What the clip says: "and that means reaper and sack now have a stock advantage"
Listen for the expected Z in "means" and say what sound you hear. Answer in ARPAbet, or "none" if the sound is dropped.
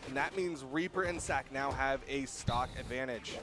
Z